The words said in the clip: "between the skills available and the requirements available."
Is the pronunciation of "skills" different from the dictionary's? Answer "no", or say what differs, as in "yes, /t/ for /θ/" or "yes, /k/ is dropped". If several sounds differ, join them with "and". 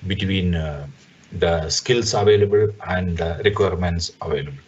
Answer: yes, /s/ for /z/